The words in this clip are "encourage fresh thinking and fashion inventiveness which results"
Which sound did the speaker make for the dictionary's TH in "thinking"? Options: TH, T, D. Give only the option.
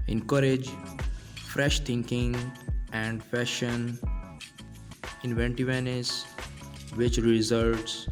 T